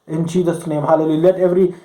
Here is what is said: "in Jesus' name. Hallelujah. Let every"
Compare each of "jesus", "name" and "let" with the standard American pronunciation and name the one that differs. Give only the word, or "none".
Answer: jesus